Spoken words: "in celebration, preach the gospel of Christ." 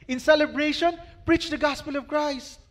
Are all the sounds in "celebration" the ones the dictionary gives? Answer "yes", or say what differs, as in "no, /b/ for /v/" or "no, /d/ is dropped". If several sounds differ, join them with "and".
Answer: yes